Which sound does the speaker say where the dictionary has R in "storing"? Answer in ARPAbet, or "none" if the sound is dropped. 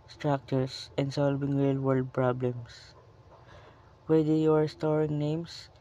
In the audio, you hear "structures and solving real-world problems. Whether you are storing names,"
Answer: R